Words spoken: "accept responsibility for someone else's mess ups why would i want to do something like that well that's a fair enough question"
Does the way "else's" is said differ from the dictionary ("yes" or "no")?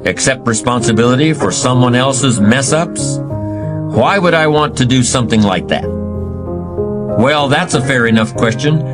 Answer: no